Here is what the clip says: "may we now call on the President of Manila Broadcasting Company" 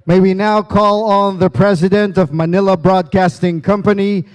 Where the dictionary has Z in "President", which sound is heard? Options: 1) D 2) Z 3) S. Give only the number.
2